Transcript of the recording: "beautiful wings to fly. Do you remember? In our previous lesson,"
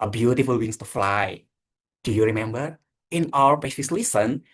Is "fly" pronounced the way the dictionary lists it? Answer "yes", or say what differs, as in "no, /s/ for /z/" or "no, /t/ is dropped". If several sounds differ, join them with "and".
yes